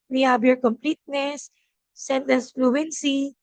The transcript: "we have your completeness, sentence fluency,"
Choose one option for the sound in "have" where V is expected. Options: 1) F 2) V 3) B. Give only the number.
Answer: 3